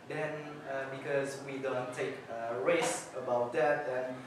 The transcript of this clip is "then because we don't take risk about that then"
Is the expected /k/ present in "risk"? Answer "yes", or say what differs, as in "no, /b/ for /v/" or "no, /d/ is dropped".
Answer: no, /k/ is dropped